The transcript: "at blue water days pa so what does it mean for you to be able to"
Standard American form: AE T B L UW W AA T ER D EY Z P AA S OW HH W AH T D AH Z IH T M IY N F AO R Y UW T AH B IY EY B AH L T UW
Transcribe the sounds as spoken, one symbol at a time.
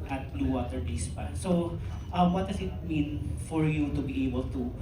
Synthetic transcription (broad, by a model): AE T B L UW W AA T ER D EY S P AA S OW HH W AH T D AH S IH T M IY N F AO R Y UW T AH B IY EY B AH L T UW